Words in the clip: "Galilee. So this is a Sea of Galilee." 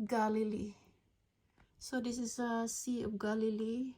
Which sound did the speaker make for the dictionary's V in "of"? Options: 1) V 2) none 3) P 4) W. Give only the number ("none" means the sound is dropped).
3